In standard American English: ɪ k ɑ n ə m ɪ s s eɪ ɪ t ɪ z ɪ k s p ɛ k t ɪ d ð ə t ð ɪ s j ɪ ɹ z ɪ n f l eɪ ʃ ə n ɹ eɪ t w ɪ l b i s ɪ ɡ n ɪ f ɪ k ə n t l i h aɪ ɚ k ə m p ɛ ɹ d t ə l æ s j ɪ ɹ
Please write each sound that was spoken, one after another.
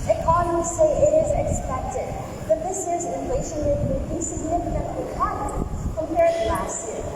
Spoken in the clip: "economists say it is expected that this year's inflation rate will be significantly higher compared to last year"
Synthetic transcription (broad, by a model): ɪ k ɑ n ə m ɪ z s eɪ ɪ t ɪ z ɪ k s p ɛ k t ɪ d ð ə t ð ɪ s ɪ z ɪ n l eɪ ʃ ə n w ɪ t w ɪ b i s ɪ ɡ n ɪ f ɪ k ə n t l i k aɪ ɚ k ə m p ɛ ɹ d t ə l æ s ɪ